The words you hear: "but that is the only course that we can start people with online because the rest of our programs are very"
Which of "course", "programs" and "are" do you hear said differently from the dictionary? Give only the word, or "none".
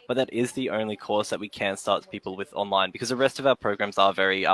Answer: none